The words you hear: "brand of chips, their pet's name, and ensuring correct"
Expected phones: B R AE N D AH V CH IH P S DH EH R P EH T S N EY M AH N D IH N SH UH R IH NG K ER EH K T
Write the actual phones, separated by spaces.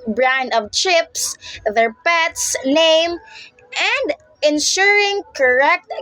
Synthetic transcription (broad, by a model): B R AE N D AH V CH IH P S DH EH R P EH T S N EY M AH N D IH N SH UH R IH NG K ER EH K T